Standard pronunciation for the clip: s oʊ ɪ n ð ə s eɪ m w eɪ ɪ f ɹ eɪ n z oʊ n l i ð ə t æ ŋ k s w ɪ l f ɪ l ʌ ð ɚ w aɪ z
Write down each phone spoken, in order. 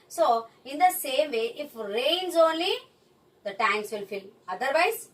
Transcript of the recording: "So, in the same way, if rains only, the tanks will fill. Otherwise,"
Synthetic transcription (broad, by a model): s oʊ ɪ n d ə s eɪ m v eɪ ɪ f ɹ eɪ n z oʊ n l i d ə t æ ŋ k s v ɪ l f ɪ l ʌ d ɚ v aɪ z